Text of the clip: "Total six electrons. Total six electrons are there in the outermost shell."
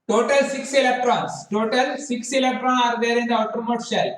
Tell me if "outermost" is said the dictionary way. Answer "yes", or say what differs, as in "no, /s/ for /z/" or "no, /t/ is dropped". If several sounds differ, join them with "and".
no, /s/ is dropped